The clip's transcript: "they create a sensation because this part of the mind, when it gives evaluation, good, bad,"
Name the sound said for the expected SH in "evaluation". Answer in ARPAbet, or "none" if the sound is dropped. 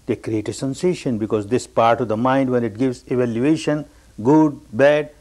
SH